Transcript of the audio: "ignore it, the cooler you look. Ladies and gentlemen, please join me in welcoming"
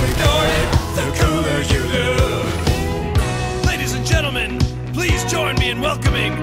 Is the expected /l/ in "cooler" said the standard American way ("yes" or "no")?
no